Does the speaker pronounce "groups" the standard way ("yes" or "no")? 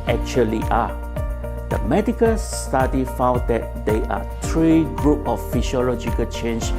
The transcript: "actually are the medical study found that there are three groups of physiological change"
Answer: no